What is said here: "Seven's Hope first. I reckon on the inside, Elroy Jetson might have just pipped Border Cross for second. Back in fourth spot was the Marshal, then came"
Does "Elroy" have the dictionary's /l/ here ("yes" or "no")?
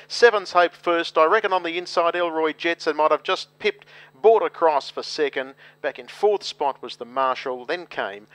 yes